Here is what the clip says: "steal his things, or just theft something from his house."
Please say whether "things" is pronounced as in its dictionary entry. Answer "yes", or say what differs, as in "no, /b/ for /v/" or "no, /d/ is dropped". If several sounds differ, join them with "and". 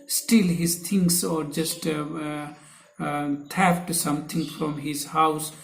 no, /t/ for /θ/ and /s/ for /z/